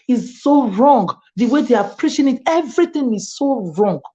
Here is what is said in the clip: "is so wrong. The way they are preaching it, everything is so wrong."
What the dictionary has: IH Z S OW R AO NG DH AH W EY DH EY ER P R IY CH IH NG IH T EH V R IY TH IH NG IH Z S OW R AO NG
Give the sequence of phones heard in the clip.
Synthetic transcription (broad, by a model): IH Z S OW R AO NG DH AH W EY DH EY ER P R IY SH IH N IH T EH V R IY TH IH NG IH Z S OW R AO NG